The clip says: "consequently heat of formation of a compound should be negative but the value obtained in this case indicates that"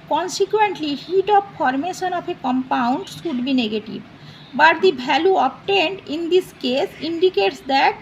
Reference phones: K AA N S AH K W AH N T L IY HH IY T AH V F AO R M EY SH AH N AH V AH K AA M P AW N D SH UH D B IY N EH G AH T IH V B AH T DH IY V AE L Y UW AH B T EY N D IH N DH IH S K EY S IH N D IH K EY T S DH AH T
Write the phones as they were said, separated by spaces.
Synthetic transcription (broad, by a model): K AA N S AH K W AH N T L IY HH IY T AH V F AO R M EY SH AH N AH P AH K AA M P AW N D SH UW D B IY N EH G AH T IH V B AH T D IY B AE L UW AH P T EY N D IH N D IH S K EY S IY N D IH K EY T S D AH T